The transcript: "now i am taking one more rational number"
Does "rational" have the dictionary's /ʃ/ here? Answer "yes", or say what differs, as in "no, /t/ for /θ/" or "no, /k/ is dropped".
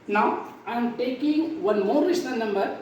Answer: no, /s/ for /ʃ/